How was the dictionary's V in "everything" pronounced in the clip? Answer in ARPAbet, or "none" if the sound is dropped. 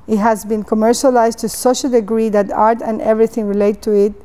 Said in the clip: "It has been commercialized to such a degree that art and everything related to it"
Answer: V